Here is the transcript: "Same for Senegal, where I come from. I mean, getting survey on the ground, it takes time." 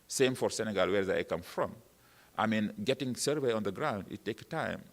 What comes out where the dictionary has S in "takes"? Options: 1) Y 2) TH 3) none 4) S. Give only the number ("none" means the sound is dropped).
3